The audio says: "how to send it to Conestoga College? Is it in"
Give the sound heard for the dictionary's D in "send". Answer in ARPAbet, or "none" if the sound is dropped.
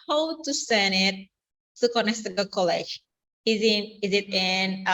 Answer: none